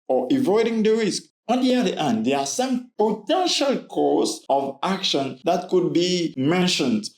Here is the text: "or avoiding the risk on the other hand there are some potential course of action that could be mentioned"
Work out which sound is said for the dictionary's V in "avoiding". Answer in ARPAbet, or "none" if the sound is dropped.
V